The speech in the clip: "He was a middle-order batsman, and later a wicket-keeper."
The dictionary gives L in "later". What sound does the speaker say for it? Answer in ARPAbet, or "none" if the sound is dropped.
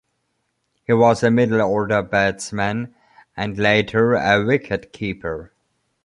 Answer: L